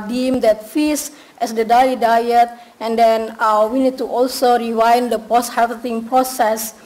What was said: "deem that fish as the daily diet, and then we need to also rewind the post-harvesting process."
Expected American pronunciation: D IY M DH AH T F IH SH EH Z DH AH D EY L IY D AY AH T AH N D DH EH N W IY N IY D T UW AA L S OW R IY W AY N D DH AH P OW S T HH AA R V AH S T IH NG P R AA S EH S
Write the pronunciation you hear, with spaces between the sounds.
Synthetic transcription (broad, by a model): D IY M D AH T F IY S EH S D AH D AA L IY D AY AH T AH N D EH N W IY N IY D T UW AA L S OW R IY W AY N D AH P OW S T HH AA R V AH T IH NG P R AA S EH S